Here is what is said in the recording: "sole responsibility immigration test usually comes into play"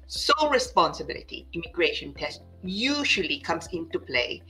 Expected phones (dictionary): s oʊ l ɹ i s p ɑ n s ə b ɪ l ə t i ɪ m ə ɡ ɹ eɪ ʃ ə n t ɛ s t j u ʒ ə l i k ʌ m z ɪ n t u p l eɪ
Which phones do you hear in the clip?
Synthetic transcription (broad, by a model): s oʊ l ɹ i s p ɑ n s ə b ɪ l ə t i ɪ m ə ɡ ɹ eɪ ʃ ə n t ɛ s t j u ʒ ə l i k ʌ m s ɪ n t u p l eɪ